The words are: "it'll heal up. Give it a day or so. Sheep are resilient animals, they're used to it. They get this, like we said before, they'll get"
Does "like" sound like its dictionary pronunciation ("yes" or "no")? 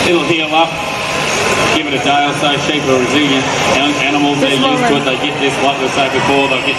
no